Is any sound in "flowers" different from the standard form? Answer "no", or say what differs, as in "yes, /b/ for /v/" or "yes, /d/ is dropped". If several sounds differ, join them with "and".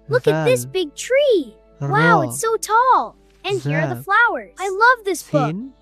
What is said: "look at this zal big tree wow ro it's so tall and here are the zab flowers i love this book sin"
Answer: no